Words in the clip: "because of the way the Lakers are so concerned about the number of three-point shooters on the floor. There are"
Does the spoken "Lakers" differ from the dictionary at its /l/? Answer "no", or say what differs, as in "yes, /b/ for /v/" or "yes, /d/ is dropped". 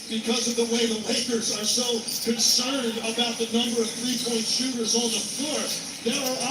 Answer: yes, /w/ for /l/